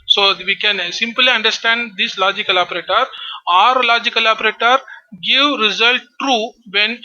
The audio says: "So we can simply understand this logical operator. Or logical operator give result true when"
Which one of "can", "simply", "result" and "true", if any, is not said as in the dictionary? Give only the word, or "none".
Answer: none